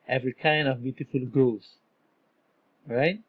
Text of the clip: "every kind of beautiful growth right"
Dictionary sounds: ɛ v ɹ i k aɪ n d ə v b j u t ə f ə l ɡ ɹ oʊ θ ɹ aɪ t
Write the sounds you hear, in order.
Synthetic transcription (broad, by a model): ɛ v ɹ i k aɪ n d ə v b j u t ə f ə l ɡ oʊ s ɹ aɪ t